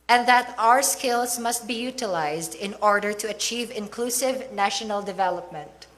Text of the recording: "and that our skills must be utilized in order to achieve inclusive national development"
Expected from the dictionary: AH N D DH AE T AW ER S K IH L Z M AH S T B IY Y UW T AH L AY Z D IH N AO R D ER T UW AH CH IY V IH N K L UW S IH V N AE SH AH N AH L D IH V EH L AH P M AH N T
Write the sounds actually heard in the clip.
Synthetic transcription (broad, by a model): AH N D DH AE T AW ER S K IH L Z M AH S T B IY Y UW T AH L AY Z D IH N AO R D ER T UW AH CH IY V IH N K L UW S IH V N AE SH AH N AH L D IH V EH L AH P M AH N T